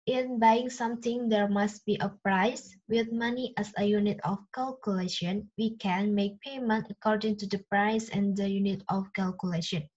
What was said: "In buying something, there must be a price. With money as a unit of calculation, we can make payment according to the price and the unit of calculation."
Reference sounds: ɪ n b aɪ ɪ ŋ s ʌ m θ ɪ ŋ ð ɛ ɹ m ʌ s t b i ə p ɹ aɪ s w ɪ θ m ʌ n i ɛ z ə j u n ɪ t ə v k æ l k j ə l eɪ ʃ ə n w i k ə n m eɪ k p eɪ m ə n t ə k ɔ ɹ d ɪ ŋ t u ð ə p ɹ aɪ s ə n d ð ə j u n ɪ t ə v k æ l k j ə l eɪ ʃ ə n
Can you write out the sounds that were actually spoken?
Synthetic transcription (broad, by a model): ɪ n b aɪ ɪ ŋ s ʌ m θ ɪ ŋ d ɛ ɹ m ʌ s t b i ə p ɹ aɪ s w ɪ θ m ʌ n i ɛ s ə j u n ɪ t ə f k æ l k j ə l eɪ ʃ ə n w i k ə n m eɪ k p eɪ m ə n t ə k ɔ ɹ d ɪ ŋ t u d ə p ɹ aɪ s ə n d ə j u n ɪ t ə f k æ l k j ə l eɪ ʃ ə n